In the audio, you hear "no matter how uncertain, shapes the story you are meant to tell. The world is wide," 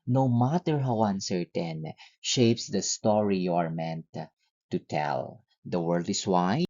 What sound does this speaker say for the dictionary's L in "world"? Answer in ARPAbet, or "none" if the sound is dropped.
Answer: L